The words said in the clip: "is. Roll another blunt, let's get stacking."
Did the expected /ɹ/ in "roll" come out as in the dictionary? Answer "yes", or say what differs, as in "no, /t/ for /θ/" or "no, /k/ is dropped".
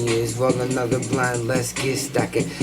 no, /w/ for /ɹ/